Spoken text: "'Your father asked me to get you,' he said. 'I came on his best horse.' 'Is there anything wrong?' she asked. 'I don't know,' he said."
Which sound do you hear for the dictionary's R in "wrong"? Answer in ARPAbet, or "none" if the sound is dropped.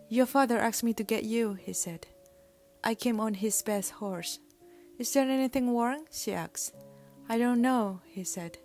W